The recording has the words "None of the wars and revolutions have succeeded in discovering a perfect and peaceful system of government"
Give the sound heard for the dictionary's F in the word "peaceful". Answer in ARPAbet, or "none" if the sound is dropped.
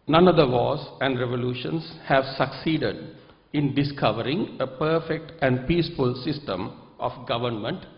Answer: F